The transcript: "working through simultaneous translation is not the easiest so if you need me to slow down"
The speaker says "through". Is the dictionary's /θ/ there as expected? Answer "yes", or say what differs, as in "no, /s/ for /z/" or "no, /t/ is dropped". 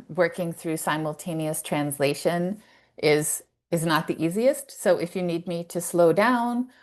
yes